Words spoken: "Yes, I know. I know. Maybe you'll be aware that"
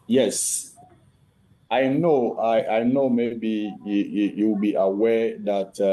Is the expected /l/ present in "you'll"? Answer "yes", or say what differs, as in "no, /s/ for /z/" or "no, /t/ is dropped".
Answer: no, /w/ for /l/